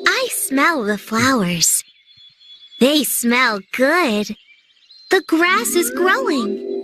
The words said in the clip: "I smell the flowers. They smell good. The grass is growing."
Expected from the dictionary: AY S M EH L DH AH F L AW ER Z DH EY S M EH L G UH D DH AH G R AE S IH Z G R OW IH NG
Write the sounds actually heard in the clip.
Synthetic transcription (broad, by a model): AY S M EH L DH AH F L AW ER Z DH EY S M EH L G UH D DH AH G R AE S IH Z G R OW IH NG